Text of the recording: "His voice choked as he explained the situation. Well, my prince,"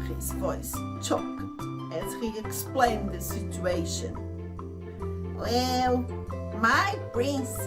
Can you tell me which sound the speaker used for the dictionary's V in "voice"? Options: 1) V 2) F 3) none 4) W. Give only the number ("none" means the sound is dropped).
1